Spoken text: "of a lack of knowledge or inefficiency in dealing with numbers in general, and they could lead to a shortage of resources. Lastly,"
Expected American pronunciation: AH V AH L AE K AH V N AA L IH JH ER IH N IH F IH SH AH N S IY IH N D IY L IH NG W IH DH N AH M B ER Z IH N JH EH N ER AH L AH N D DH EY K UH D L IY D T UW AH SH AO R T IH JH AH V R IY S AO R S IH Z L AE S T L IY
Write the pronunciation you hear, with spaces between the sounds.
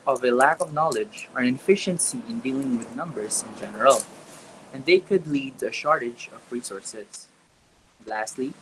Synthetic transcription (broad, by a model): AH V AH L AE K AH V N AA L IH JH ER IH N F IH SH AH N S IY IH N D IY L IH NG W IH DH N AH M B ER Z IH N JH EH N ER AH L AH N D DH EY K UH D L IY D T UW AH SH AO R T IH JH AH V R IY S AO R S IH S L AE S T L IY